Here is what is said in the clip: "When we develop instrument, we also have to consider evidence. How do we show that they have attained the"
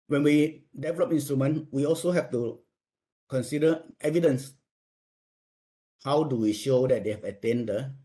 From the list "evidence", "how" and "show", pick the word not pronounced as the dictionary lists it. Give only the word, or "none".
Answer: none